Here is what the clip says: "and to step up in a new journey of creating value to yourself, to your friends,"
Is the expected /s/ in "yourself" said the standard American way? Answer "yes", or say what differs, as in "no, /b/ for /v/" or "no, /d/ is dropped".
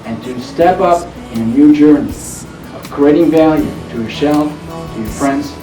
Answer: no, /ʃ/ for /s/